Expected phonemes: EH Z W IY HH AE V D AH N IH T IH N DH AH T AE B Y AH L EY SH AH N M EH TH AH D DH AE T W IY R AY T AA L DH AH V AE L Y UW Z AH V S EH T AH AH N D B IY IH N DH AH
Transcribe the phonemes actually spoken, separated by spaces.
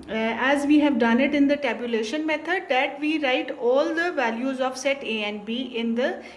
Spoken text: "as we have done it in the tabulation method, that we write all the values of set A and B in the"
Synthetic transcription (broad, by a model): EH Z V IY HH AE V D AH N IH T IH N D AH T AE B Y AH L EY SH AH N M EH T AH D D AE T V IY R AY T AA L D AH V AE L Y UW Z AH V S EH T AH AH N B IY IH N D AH